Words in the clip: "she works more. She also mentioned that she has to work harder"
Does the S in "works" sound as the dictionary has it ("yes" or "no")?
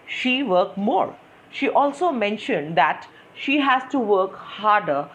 no